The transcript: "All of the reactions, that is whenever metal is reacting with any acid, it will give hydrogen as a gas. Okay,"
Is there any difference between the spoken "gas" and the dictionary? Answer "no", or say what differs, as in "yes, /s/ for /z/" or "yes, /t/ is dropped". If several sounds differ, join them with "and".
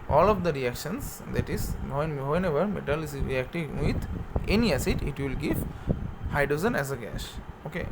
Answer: yes, /ʃ/ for /s/